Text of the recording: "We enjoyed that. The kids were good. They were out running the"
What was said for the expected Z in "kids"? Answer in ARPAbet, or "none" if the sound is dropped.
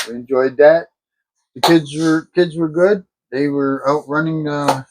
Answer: Z